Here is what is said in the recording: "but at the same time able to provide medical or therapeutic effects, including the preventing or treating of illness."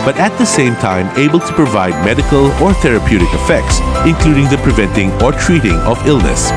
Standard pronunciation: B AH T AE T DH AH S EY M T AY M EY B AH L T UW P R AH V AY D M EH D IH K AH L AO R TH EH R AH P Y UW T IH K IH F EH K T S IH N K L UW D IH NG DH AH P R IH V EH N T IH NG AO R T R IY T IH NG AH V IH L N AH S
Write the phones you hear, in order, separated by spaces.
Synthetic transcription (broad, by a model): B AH T AE T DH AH S EY M T AY M EY B AH L T UW P R AH V AY D M EH D IH K AH L AO R TH EH R AH P Y UW T IH K IH F EH K T S IH N K L UW D IH NG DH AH P R IH V EH N T IH NG AO R T R IY T IH NG AH V IH L N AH S